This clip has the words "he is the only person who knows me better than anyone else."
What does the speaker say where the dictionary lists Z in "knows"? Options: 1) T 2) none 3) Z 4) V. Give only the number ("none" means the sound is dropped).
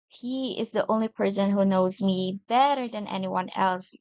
3